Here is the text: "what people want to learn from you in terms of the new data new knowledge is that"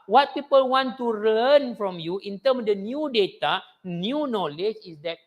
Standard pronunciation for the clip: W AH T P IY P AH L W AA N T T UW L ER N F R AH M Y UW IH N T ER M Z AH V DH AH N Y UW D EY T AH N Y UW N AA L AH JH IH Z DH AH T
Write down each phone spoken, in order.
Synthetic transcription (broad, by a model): W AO T P IY P AH L W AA N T T UW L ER N F R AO M Y UW IH N T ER M AH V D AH N Y UW D EY T AH N Y UW N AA L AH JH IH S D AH T